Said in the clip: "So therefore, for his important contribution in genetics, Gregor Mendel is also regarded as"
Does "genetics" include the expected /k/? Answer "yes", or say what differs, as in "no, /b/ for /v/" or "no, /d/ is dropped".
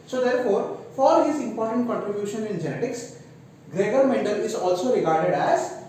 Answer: yes